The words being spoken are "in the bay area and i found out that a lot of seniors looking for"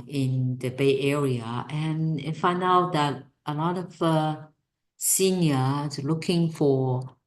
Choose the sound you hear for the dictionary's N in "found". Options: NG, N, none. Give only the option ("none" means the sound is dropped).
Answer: none